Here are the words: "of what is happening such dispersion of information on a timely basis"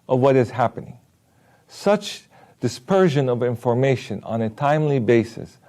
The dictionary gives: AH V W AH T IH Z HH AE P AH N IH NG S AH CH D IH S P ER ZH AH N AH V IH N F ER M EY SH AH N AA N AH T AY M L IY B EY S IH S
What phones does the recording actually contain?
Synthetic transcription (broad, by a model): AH V W AH T IH Z HH AE P AH N IH NG S AH CH D IH S P ER ZH AH N AH V IH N F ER M EY SH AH N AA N AH T AY M L IY B EY S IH S